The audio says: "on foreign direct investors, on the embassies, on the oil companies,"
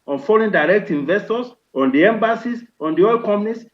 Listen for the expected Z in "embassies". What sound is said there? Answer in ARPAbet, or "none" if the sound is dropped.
S